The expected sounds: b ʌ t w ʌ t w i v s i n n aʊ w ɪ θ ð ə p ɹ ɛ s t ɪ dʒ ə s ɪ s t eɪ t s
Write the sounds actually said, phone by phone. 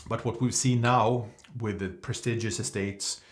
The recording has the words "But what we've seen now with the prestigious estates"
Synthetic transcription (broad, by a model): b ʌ t w ʌ t w i v s i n n aʊ w ɪ ð ə p ɹ ɛ s t ɪ dʒ ə s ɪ s t eɪ t s